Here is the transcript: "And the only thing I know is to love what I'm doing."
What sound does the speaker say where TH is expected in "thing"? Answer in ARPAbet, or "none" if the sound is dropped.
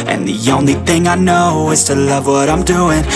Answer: TH